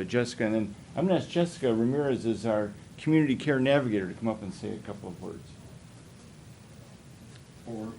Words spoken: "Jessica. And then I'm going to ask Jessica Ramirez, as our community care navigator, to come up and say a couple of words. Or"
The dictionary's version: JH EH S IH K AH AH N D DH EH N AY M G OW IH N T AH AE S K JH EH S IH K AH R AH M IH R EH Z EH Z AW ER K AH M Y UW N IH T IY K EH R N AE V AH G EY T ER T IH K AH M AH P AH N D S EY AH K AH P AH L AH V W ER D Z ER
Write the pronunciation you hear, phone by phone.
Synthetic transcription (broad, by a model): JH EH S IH K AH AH N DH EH N AY M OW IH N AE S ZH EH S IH K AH R AH M IH R EH Z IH Z AW ER K M Y UW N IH T IY K EH R N AE V AH G EY T ER T IH K AH M AH P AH N S EY AH K AH P L AH V W ER D Z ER